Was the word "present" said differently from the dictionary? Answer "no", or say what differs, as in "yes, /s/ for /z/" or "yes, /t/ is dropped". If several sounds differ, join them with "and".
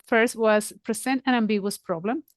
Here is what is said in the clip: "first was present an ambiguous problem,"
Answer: yes, /s/ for /z/